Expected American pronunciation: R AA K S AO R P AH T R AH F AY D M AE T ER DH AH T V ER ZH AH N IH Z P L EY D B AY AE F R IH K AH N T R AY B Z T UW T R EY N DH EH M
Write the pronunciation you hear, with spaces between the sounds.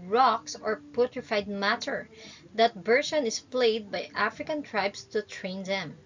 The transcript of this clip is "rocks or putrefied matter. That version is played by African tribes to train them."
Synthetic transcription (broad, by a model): R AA K S AO R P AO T R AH F AY D M AE T ER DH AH T B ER SH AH N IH S P L EY D B AY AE F R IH K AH N T R AY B S T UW T R EY N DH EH M